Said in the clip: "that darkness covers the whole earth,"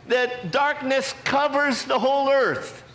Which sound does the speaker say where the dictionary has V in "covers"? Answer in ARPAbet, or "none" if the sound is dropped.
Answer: V